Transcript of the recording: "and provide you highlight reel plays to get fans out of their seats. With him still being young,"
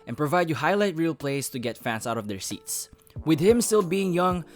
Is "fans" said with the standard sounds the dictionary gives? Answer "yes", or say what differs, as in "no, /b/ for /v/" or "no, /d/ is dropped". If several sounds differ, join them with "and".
no, /s/ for /z/